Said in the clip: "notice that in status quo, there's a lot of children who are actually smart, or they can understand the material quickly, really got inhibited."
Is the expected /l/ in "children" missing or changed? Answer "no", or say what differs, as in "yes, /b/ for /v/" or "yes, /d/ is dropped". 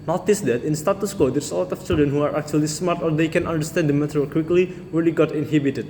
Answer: no